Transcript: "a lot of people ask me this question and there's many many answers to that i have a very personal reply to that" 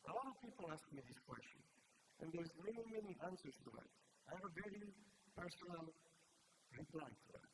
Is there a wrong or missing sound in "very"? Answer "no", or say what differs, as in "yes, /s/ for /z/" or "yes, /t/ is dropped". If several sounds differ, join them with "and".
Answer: no